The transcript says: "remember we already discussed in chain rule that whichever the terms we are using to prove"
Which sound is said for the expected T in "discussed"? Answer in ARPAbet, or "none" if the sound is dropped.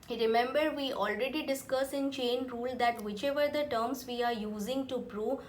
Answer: none